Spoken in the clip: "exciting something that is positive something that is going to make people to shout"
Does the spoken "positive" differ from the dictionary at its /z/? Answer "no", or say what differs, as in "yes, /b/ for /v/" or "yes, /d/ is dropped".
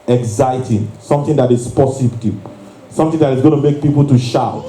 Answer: yes, /s/ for /z/